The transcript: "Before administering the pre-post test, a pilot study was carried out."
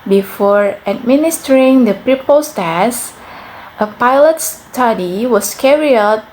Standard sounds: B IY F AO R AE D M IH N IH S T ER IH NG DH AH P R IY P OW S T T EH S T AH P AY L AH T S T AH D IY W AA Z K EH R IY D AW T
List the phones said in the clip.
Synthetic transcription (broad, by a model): B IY F AO R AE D M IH N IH S T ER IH NG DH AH P R IY P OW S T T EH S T AH P AY L AH T S T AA D IY W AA S K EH R IY AW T